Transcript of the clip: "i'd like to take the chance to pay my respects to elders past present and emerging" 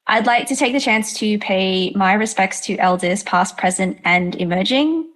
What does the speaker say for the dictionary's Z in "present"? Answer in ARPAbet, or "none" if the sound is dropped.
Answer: Z